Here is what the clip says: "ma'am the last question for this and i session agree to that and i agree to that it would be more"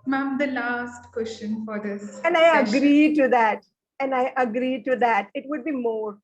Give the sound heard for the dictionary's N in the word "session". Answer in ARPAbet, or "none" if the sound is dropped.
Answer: none